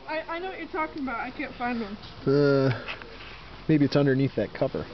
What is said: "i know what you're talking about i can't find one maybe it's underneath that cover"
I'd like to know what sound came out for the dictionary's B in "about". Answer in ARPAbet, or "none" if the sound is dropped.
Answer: B